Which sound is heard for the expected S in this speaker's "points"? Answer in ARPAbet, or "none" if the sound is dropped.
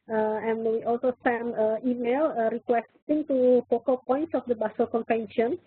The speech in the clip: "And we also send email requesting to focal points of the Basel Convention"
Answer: S